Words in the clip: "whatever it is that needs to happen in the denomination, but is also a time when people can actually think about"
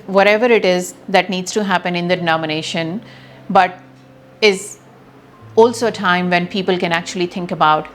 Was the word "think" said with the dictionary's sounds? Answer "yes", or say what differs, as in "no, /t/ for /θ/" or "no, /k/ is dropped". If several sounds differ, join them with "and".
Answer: no, /t/ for /θ/